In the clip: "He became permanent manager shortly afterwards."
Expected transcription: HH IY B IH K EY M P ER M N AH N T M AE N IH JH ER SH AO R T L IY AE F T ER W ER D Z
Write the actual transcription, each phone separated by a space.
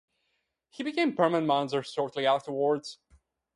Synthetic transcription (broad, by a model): HH IY B IH K EY M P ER M AH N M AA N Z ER S AO R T L IY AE F T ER W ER D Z